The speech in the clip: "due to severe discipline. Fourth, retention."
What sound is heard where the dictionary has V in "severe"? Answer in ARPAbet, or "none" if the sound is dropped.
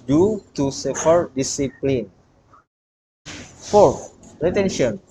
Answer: F